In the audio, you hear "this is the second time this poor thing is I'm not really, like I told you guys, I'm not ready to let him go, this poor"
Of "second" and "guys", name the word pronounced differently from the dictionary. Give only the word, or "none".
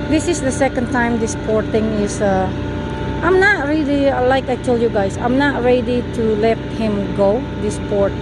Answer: guys